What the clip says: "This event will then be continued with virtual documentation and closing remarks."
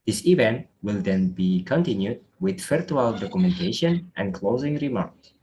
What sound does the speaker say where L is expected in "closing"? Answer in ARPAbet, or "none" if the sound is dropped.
L